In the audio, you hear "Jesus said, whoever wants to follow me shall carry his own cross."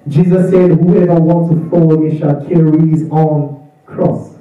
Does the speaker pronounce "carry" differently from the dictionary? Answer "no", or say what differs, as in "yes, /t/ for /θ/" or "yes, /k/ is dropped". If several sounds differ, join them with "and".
no